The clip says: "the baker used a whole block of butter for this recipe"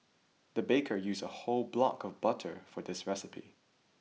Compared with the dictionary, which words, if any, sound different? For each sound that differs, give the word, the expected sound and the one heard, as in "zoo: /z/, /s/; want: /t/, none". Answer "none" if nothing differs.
used: /d/, none